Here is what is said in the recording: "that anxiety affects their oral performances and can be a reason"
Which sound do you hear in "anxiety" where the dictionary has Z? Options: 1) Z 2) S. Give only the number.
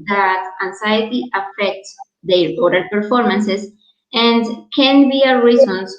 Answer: 2